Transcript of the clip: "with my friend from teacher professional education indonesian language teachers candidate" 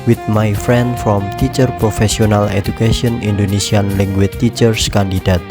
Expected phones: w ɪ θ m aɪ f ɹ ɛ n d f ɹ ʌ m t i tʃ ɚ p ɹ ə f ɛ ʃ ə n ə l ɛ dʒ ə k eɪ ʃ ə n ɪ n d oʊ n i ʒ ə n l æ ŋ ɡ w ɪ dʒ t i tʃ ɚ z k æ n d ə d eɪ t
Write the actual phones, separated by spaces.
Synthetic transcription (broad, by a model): w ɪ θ m aɪ f ɹ ɛ n d f ɹ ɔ m t i tʃ ɚ p ɹ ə f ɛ s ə n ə l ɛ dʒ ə k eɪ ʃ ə n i n d oʊ n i s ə n l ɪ ŋ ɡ w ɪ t i tʃ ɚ s k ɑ n d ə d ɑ t